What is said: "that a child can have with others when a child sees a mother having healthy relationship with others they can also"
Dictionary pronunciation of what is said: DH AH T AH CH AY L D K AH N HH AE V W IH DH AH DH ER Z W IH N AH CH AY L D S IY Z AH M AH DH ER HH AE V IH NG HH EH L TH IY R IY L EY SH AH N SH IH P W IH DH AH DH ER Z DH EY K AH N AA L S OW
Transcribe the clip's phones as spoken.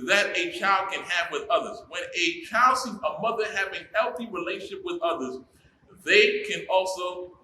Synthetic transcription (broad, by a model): DH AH T AH CH AY L D K AH N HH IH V W IH DH AH DH ER Z W IH N AH CH AY L D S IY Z AH M AH DH ER HH AE V IH NG HH EH L TH IY R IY L EY AH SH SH IH P W IH DH AH DH ER Z DH EY K AH N AA L S OW